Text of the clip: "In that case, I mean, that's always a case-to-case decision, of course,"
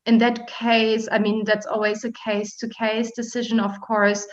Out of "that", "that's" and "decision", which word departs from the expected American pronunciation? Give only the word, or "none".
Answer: none